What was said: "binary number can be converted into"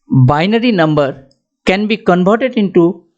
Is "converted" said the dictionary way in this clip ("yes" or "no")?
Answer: no